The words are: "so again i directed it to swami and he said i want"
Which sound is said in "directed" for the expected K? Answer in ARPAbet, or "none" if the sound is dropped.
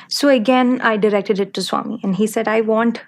K